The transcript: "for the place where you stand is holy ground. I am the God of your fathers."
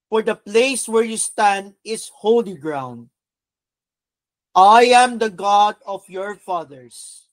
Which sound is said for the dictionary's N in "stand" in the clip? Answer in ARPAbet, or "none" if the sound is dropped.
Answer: N